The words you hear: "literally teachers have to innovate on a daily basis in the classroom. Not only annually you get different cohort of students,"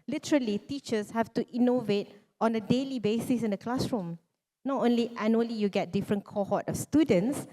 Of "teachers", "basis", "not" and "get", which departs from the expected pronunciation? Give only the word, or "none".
teachers